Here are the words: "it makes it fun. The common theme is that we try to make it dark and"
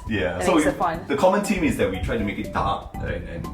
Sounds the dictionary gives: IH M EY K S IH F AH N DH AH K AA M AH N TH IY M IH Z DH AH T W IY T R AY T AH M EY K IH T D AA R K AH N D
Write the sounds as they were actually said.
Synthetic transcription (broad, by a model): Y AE S IH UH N DH AH K AA M AH N T IY M IH Z DH AH T W IY T R AY T AH M EY K IH T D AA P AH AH N